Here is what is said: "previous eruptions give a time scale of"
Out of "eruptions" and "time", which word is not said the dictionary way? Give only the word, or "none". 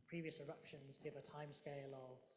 none